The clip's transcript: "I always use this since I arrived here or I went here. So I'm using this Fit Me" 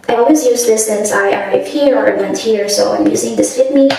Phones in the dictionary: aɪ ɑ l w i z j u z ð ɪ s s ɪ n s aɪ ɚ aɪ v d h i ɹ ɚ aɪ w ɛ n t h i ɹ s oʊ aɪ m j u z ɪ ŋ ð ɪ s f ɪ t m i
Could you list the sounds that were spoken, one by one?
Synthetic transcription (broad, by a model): aɪ ɑ l w i z j u z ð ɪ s s ɪ n s aɪ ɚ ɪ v h i ɹ ɚ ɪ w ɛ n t h i ɹ s oʊ aɪ m j u z ɪ ŋ ð ɪ s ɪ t m i